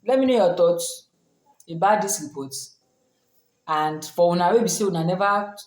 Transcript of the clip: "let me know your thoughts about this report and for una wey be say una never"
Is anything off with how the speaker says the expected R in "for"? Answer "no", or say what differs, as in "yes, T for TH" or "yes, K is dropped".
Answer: yes, W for R